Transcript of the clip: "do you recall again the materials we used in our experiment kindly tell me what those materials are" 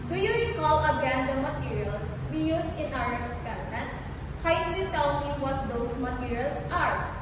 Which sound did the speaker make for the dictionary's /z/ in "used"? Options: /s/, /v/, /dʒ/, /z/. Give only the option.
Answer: /s/